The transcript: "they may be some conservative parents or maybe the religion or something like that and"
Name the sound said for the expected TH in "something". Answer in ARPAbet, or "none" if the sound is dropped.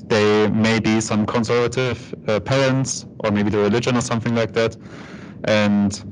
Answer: TH